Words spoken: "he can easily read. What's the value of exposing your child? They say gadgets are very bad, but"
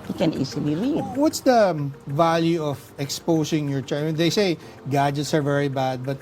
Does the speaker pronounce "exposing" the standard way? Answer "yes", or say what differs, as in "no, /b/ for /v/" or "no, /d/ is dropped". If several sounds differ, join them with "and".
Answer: no, /s/ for /z/